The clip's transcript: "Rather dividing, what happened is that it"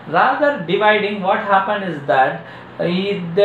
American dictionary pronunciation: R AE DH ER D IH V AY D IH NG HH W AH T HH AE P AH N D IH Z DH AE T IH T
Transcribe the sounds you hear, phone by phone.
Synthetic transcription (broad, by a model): R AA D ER D IH V AY D IH NG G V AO T HH AE P AH N D IH Z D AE T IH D